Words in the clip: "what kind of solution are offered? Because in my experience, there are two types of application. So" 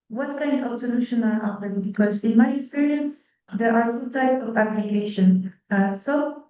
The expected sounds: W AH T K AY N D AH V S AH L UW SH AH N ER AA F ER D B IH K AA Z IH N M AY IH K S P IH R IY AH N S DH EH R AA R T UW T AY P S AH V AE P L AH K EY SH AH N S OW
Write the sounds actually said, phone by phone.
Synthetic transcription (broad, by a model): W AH T K AY N D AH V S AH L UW SH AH N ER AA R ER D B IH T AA S IH N M AY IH K S P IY R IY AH N S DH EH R AA R T UW T AY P AH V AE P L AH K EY SH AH N S OW